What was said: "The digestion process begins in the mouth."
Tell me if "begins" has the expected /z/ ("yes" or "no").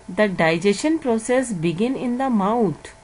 no